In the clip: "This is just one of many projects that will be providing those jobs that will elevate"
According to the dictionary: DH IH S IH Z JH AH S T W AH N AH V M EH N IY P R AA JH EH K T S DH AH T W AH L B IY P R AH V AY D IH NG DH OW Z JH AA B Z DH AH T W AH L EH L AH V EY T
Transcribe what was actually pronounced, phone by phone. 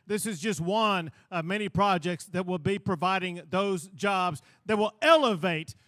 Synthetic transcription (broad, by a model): DH IH S IH Z JH AH S T W AH N AH V M EH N IY P R AA JH EH K T S DH AH T W AH L B IY P R AH V AY D IH NG DH OW Z JH AA B Z DH AH T W AH L EH L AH V EY T